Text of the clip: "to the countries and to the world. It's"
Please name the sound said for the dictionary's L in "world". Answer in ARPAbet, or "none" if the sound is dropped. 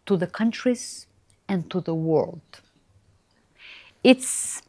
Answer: L